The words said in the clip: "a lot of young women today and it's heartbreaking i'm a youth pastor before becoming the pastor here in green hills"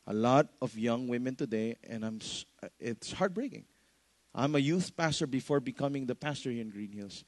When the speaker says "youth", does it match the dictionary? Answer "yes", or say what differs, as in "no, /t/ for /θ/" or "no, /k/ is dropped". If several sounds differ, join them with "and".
yes